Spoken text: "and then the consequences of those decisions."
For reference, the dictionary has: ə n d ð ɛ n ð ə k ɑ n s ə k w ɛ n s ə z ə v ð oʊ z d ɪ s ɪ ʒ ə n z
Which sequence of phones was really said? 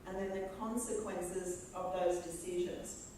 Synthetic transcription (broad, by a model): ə n ð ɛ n ð ə k ɑ n s ə k w ɛ n s ə z ə v ð oʊ z d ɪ s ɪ ʒ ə n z